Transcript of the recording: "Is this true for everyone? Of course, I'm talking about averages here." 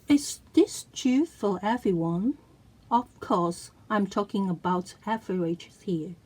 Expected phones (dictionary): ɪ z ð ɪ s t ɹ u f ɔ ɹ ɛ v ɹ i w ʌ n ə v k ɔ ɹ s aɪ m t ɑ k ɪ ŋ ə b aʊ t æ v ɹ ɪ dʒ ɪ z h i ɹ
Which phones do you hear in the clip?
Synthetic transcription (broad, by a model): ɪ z ð ɪ s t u f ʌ l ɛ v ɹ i w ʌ n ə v k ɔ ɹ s aɪ m t ɑ k ɪ ŋ ə b aʊ t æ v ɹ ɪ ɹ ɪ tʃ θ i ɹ